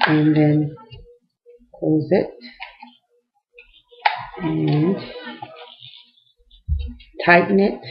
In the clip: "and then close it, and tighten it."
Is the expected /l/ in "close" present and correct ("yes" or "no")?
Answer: no